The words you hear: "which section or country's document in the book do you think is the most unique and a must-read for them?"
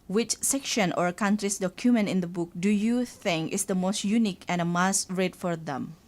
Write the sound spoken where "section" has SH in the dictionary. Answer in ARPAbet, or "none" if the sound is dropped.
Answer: SH